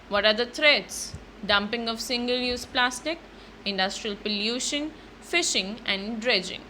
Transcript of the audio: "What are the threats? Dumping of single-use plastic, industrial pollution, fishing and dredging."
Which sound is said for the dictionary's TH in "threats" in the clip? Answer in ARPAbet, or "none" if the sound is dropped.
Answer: T